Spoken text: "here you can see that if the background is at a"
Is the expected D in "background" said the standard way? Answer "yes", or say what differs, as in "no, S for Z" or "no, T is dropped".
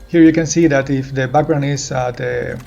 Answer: no, D is dropped